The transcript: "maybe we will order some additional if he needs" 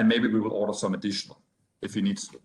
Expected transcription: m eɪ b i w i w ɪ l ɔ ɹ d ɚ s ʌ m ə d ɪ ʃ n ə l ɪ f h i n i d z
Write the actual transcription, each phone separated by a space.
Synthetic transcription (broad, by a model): m eɪ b i w i w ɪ l ɔ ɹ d ɚ s ʌ m ə d ɪ ʃ n ə l ɪ f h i n i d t